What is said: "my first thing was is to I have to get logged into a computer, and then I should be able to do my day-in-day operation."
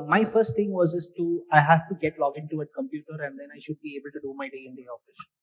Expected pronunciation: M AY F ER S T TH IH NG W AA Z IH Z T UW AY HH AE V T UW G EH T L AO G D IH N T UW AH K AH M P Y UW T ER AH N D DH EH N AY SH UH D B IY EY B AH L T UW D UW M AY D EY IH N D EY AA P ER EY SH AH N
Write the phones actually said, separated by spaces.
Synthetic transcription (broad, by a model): M AY F ER S T T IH NG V AA Z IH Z T UW AY HH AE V T UW G EH T L AO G IH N T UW AH K AH M P Y UW T ER AH N D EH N AY SH UH D B IY EY B AH L T UW D UW M AY D EY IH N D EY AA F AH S